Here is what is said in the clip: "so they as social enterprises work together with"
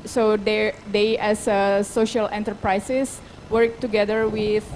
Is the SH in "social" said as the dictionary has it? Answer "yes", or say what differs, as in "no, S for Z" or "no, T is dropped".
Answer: yes